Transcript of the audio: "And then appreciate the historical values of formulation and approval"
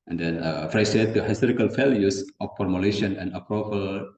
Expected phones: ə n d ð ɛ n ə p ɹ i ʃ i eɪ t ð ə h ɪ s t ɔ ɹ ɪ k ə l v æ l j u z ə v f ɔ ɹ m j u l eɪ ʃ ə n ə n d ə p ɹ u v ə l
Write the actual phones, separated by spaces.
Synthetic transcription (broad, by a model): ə n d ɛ n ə f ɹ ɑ s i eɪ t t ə h ɪ s t ɔ ɹ ɪ k ə l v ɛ l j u s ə f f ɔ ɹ m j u l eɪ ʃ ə n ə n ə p ɹ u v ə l